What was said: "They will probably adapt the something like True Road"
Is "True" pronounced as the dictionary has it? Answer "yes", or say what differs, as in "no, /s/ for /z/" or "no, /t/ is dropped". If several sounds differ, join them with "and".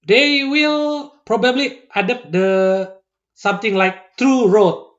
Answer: yes